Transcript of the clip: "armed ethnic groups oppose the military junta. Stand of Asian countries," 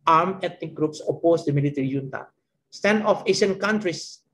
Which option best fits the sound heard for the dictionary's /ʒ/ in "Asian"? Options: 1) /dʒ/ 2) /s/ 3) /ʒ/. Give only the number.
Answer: 2